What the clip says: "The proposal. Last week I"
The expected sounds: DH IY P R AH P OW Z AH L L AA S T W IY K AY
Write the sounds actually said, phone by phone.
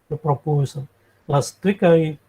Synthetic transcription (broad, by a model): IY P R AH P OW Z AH N L AA S T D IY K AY